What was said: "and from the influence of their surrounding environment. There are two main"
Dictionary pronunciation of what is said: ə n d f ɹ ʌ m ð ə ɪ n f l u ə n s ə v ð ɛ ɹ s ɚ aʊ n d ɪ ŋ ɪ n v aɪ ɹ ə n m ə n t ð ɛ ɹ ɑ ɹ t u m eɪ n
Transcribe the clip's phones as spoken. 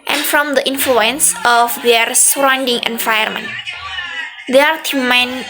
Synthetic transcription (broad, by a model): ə n f ɹ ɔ m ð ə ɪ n f l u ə n s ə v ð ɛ ɹ s ɚ aʊ n d ɪ ŋ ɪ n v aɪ ə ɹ m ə n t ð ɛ ɑ ɹ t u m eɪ n